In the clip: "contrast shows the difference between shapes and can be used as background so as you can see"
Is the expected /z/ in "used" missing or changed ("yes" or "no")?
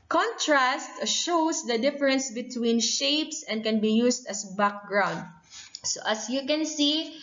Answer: yes